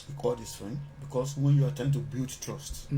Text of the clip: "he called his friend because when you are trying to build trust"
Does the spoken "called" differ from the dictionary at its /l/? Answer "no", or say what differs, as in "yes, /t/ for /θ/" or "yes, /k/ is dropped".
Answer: yes, /l/ is dropped